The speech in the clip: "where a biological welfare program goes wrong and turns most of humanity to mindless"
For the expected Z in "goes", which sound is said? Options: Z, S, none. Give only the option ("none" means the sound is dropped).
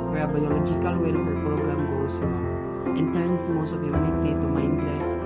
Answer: S